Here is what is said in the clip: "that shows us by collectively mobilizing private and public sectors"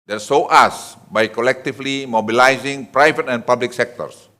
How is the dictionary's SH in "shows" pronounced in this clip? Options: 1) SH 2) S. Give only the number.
2